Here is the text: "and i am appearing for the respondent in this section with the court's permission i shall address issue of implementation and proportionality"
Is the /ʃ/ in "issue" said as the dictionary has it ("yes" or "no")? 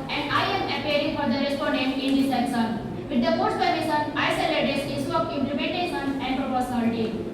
no